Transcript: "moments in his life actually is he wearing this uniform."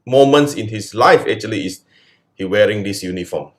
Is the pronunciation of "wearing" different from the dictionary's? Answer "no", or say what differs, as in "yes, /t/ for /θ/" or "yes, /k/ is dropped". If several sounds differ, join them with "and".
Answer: no